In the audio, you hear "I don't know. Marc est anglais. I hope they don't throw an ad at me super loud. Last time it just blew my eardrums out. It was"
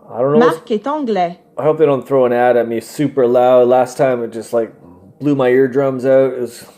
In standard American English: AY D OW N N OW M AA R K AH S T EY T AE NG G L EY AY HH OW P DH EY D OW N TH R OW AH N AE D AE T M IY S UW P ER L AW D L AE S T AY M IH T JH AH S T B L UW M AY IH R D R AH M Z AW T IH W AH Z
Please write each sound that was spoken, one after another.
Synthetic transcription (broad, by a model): AY D OW N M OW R K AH T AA G L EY AY HH OW P DH EY D OW N TH R OW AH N AE D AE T M IY S UW P ER L AW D L AE S T AY M IH T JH AH S T B L UW M AY IH R D R AH M Z AW T IH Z